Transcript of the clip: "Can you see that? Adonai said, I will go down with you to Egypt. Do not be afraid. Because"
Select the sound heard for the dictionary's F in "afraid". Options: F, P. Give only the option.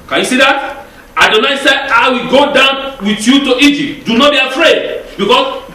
F